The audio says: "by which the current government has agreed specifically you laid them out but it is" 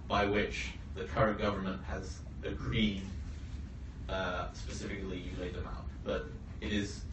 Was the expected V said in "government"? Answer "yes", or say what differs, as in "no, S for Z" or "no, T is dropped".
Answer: yes